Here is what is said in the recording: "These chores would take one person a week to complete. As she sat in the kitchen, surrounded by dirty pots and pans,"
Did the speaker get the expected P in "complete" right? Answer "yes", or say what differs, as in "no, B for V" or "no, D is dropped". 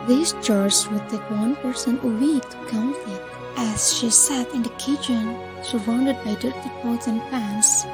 no, F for P